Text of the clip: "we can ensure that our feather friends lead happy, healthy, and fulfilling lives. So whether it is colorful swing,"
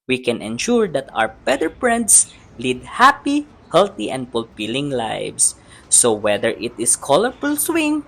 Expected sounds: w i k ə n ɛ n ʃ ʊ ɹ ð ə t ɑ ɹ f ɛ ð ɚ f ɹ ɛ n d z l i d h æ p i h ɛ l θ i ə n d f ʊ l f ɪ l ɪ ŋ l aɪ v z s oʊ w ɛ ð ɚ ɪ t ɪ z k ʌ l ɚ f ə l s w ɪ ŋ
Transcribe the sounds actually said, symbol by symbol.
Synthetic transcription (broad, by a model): w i k ə n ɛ n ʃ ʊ ɹ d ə t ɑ w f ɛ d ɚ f ɹ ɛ n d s l i d h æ p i h ɛ l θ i ə n d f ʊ l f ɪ l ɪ ŋ l aɪ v s oʊ w ɛ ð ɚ ɪ t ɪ s k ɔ l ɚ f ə l s w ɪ ŋ